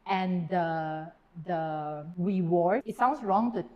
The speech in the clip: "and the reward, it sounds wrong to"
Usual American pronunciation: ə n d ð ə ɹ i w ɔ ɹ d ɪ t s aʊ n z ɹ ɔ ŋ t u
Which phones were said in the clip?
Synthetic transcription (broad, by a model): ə n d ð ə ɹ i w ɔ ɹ ɪ t s aʊ n s ɹ ɔ ŋ t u